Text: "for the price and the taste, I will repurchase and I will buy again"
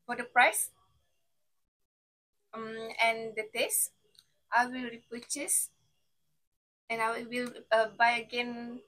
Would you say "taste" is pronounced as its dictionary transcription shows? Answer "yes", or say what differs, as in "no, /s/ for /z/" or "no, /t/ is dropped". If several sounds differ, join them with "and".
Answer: yes